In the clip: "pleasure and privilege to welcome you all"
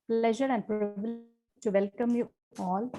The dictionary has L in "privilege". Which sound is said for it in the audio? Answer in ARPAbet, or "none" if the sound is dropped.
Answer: none